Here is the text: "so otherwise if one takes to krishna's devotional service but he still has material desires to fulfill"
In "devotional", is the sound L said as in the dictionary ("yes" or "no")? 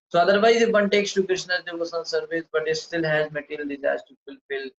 no